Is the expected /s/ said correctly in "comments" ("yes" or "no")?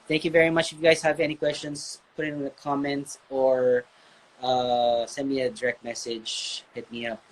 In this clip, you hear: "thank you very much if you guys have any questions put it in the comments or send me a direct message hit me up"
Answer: no